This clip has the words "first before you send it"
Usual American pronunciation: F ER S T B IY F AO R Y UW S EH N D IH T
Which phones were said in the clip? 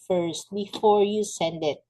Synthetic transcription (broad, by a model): F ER S T B IY F AO R Y UW S EH N D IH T